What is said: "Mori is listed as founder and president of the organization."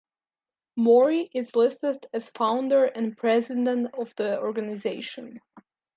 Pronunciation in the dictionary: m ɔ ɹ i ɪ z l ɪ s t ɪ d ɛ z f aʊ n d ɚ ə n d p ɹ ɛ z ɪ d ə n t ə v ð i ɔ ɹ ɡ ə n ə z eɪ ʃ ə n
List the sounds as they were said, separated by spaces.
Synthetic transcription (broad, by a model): m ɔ ɹ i ɪ z l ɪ s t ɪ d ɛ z f aʊ n d ɚ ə n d p ɹ ɛ z ɪ d ə n t ə v ð i ɔ ɹ ɡ ə n ə z eɪ ʃ ə n